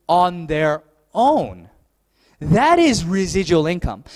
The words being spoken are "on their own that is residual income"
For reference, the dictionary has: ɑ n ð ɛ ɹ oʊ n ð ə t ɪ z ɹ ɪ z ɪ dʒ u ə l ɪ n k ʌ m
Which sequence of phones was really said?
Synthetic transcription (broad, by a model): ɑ n ð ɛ ɹ oʊ n ð ə t ɪ z ɹ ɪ z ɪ dʒ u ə l ɪ n k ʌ m